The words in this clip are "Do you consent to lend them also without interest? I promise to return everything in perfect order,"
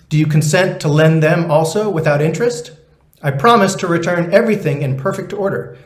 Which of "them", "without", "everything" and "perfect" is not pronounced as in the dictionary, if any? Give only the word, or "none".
none